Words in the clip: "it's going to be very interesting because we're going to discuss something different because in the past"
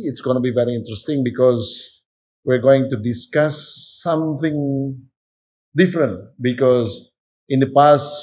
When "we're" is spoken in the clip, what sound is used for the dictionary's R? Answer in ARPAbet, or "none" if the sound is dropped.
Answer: R